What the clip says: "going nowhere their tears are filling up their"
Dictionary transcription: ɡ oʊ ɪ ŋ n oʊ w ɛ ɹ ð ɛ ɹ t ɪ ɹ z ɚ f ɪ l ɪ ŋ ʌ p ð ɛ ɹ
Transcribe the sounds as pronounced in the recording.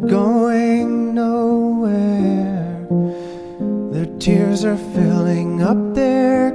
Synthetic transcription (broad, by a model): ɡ oʊ ɪ ŋ n oʊ w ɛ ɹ ð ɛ ɹ t ɪ ɹ z ɚ f ɪ l ɪ ŋ ʌ p ð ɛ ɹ